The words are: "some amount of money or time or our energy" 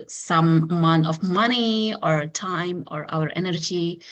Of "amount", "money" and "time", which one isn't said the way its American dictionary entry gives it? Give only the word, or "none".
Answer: amount